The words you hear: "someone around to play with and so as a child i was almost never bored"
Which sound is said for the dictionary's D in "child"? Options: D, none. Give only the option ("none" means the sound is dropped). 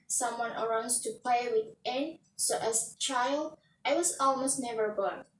D